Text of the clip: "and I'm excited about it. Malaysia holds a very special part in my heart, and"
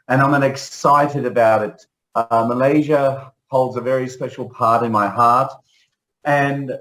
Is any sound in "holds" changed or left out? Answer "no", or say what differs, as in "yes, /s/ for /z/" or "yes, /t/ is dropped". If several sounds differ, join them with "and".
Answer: no